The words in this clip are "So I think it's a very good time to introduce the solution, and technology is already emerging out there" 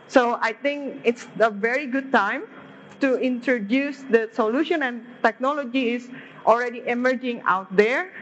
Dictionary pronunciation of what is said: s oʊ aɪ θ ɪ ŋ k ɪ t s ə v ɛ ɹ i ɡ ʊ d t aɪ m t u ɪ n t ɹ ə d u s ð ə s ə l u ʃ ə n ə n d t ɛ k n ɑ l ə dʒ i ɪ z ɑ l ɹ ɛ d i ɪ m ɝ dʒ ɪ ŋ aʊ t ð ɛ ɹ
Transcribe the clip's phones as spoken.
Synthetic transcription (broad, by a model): s oʊ aɪ t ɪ ŋ k ɪ t s ə v ɛ ɹ i ɡ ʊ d t aɪ m t u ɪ n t ɹ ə d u s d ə s ə l u ʃ ə n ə n t ɛ k n ɑ l ə dʒ i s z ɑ l ɹ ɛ d i ɪ m ɝ dʒ ɪ ŋ aʊ t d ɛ ɹ